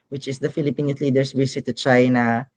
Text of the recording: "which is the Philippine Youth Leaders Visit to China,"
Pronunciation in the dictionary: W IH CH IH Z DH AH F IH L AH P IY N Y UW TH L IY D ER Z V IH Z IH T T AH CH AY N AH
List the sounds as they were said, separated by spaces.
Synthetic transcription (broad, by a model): W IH CH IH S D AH F IH L AH P IY N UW L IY D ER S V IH S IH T T AH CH AY N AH